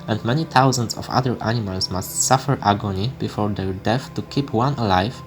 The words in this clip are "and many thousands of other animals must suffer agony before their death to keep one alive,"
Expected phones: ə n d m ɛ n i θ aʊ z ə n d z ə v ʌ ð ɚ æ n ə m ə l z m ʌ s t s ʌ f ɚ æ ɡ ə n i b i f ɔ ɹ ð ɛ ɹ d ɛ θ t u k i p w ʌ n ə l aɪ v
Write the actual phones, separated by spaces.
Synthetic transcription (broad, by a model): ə n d m ɛ n i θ aʊ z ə n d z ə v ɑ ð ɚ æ n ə m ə l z m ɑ s t s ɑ f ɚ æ ɡ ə n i b i f ɔ ɹ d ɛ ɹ d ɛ f t u k i p w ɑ n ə l aɪ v